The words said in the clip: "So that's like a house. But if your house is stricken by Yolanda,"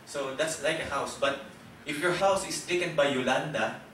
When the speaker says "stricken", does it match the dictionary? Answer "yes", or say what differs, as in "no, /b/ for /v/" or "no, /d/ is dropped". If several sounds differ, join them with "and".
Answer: no, /ɹ/ is dropped